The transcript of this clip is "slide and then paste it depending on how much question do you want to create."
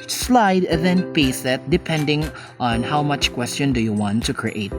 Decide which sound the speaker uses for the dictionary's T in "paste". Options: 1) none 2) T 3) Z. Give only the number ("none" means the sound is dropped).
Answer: 1